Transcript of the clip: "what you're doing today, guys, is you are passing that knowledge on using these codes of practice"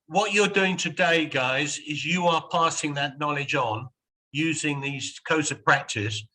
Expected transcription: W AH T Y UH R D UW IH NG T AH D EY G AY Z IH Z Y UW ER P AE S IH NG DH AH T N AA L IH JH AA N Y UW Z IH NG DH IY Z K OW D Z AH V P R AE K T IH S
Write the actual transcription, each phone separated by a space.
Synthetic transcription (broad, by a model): W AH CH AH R D UW IH NG T AH D EY G AY Z IH Z Y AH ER P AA S IH NG DH AH T N AA L IH JH N Y UW Z IH NG DH IY Z K OW D Z AH V P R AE K T IH S